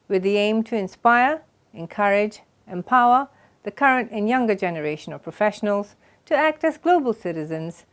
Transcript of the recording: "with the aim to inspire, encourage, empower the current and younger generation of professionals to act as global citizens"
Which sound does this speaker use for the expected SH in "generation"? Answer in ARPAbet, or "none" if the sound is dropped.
SH